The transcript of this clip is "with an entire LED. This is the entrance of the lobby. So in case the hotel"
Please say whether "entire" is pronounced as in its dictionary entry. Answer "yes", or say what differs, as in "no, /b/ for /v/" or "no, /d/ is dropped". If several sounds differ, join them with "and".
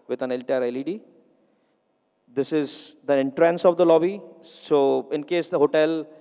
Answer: no, /l/ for /n/